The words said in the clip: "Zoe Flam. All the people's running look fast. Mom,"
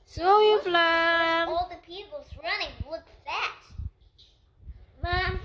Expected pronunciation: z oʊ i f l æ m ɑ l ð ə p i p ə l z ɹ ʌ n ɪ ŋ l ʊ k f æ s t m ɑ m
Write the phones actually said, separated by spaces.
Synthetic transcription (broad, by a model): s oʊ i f l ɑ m ɑ l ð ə p i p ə l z ɹ ʌ n ɪ ŋ w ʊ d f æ t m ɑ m